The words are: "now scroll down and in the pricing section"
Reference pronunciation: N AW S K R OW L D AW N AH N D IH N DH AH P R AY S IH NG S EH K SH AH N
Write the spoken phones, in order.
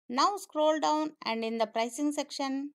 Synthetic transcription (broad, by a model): N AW S K R OW L D AW N AH N D IH N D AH P R AY S IH NG S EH K SH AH N